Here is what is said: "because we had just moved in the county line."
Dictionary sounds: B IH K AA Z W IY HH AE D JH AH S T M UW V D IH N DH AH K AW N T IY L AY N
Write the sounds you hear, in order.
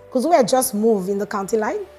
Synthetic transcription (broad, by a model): K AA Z W IY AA JH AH S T M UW V IH N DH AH K AW N T IY L AY N